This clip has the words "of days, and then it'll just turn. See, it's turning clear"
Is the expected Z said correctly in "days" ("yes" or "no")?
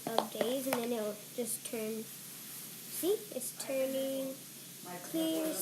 yes